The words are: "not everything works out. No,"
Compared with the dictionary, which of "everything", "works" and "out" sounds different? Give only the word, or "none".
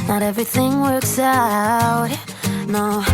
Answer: none